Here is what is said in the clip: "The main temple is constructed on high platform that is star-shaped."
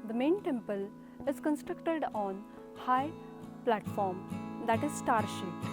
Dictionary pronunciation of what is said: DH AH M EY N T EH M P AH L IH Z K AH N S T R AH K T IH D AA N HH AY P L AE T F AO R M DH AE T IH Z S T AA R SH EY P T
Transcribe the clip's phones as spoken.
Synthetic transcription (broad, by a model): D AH M EY N T EH M P AH L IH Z K AH N S T R AH K T IH D AA N HH AY P L AE T F AO R M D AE T IH Z S T AA R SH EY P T